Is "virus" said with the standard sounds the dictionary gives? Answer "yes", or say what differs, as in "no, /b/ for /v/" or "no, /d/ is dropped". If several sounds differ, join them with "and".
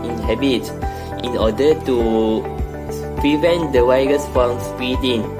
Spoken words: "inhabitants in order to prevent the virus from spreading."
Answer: no, /w/ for /v/